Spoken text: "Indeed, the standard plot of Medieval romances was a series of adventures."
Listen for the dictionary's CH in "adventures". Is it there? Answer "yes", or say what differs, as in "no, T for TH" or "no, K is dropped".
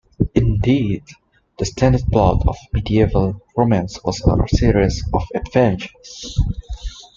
no, SH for CH